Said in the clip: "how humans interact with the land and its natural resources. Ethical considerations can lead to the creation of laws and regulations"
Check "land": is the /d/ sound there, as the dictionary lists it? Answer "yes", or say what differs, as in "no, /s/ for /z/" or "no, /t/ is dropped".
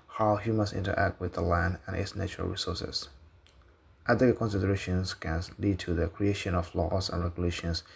yes